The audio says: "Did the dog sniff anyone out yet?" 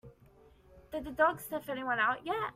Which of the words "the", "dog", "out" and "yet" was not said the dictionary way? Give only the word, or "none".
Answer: yet